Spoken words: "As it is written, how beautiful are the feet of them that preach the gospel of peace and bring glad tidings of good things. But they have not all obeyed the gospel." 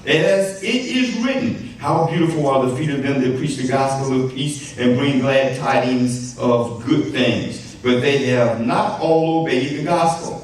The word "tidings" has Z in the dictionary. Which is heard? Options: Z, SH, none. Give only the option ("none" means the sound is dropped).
Z